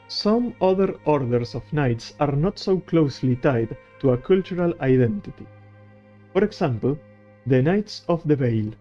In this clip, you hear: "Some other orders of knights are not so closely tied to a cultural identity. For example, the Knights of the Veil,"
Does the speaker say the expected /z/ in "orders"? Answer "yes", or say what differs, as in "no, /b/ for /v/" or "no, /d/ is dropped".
no, /s/ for /z/